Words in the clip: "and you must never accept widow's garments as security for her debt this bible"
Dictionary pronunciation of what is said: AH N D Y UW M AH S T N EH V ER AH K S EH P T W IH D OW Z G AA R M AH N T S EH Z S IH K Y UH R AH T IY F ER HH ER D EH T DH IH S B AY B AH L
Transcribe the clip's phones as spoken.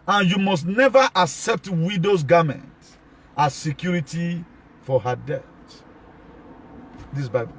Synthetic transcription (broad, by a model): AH N Y UW M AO S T N EH V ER AH K S EH P T W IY D OW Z G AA M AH N T AA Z S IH K Y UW R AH T IY F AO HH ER D EH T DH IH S B AY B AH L